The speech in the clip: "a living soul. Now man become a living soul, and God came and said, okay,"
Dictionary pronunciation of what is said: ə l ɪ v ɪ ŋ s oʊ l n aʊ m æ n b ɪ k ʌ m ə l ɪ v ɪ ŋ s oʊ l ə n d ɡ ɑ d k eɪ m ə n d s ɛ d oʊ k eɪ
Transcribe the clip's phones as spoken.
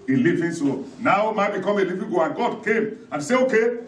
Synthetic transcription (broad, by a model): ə l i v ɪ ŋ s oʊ n aʊ m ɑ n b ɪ k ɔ m ə l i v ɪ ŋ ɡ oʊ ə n ɡ ɑ d k eɪ m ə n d s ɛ oʊ k eɪ